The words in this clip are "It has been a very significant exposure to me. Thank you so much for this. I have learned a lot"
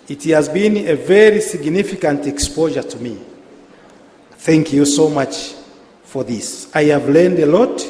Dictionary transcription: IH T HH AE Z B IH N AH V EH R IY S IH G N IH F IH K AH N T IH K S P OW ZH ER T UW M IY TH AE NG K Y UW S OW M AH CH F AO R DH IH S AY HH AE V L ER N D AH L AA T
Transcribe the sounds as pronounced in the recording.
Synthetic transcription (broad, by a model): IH T HH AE Z B IH N AH V EH R IY S IH G N IH F IH K AH N T IH K S P OW ZH ER T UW M IY TH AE NG K Y UW S OW M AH CH F AO R DH IH S AY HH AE V L ER N D AH L AA T